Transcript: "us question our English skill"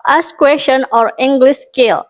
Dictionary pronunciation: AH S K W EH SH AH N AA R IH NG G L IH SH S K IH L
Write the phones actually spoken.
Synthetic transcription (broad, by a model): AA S K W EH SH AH N AA R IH NG G L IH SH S K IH L